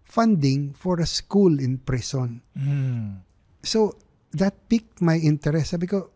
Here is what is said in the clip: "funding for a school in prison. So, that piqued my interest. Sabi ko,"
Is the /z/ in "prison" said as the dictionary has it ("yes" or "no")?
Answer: no